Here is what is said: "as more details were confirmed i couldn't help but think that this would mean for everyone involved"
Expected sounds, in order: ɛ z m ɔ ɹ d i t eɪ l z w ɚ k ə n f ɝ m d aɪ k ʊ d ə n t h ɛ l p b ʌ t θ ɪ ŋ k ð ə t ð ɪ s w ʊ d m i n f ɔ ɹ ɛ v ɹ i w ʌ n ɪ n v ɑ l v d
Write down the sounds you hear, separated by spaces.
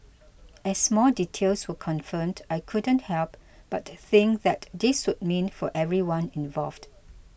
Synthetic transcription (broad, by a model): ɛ s m ɔ l d i t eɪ l s w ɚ k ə n f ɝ m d aɪ k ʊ d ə n t h ɛ l p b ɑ t θ ɪ ŋ k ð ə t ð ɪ s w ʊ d m i n f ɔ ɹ ɛ v ɹ i w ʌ n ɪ n v ɑ l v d